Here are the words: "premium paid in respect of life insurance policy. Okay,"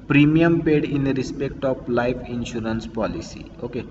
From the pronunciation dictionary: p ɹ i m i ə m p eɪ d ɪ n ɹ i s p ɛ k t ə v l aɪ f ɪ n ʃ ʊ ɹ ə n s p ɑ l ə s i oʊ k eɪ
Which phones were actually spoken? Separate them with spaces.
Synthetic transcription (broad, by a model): p ɹ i m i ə m p eɪ d ɪ n ɹ i s p ɛ k t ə p l aɪ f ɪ n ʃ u ɹ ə n s p ɑ l ə s i oʊ k eɪ